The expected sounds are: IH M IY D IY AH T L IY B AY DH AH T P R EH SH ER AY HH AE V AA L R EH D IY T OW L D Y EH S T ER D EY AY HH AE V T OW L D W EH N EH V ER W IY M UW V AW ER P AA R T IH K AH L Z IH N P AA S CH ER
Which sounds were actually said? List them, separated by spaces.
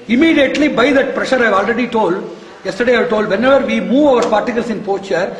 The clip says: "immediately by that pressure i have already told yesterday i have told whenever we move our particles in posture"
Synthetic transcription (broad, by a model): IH M IY D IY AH T L IY B AY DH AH T P R EH SH ER AY V AA L R EH D IY T OW L D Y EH S T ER D EY AY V T OW L D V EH N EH V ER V IY M UW V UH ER P AA R T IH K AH L S IH N P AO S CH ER